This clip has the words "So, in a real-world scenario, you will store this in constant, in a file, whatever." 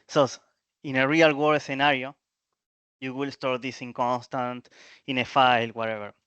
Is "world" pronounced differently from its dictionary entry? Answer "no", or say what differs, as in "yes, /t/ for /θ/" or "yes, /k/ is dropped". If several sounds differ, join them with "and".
yes, /l/ is dropped